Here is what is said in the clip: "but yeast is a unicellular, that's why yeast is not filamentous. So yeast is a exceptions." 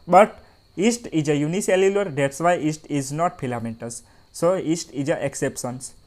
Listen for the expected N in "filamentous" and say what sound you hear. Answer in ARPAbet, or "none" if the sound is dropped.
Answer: none